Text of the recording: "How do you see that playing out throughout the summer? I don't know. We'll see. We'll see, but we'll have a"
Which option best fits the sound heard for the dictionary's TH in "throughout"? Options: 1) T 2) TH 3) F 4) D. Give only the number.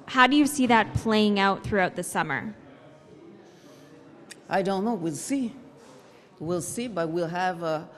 2